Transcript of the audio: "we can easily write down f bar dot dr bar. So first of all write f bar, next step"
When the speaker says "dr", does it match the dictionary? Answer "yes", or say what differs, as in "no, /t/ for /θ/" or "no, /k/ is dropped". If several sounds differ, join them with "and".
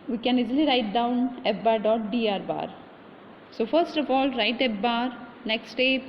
no, /k/ is dropped